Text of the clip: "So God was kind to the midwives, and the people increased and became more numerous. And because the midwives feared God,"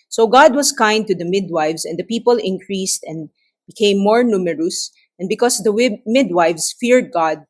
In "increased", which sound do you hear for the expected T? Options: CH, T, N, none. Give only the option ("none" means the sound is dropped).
T